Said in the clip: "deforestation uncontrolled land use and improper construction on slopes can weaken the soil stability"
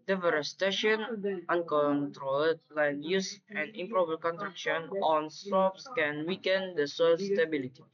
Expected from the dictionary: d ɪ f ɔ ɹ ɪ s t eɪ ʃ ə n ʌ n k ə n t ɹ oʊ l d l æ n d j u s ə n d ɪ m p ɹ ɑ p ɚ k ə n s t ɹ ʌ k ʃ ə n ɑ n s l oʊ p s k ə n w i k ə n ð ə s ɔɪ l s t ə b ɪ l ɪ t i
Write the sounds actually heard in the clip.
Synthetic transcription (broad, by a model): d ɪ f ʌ ɹ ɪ s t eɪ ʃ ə n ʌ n k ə n t ɹ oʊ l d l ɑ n j u s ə n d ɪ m p ɹ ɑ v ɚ k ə n t ɹ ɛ k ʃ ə n ɑ n s oʊ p s k ə n w i k ə n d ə s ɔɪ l s t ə b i l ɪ t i